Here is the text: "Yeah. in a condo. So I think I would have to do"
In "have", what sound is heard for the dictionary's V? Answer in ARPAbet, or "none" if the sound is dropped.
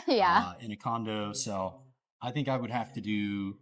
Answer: F